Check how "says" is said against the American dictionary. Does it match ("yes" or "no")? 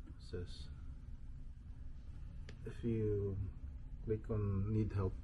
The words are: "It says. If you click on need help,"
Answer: no